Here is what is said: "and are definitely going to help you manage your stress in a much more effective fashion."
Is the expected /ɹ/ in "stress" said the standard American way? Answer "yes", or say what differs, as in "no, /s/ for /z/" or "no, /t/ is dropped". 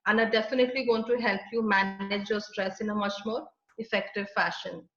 yes